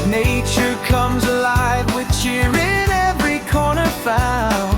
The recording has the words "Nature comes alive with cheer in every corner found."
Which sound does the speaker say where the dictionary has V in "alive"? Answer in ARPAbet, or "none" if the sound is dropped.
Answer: V